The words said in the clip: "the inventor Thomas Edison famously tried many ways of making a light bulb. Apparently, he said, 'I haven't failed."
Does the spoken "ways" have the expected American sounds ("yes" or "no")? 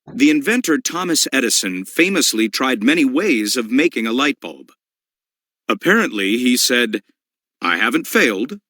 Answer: yes